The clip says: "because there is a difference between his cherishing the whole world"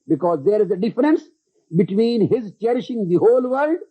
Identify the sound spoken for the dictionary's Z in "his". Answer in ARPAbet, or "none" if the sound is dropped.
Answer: Z